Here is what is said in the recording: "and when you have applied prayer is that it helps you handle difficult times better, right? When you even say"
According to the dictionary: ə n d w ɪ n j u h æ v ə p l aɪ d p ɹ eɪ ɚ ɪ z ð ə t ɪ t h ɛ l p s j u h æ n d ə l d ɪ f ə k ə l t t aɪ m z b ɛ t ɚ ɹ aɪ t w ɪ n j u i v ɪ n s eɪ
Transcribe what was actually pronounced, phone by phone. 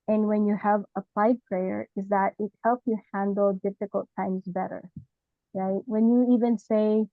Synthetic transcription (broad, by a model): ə n w ɪ n j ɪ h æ v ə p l aɪ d p ɹ eɪ ɚ ɪ z ð ə t ɪ t h ɛ l p s j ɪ h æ n d l d ɪ f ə k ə l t t aɪ m z b ɛ t ɚ ɹ aɪ t w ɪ n j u i v ɪ n s eɪ